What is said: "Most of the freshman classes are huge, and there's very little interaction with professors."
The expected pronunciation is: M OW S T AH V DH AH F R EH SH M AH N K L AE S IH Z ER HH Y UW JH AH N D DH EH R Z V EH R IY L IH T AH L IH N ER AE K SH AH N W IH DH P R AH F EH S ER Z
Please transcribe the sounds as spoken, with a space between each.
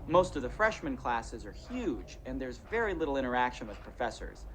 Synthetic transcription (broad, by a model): M OW S T AH V DH AH F R EH SH M AH N K L AE S IH Z ER HH Y UW JH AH N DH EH R Z V EH R IY L IH T L IH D ER AE K SH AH N W IH DH P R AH F EH S ER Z